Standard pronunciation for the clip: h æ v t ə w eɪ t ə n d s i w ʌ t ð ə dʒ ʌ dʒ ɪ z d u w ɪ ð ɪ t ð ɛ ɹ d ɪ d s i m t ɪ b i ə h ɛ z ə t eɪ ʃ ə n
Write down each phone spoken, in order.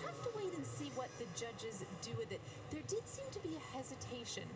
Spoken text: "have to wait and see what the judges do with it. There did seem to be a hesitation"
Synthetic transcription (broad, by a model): h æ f t ə w eɪ t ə n s i w ʌ t ð ə dʒ ʌ dʒ ɪ z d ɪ w ɪ ð ɪ t ð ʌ ɹ d ɪ d s i m t ɪ b i ə h ɛ z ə t eɪ ʃ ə n